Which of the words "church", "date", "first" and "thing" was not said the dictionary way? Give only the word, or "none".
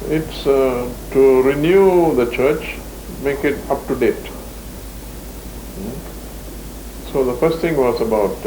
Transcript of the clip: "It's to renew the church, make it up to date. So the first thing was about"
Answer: thing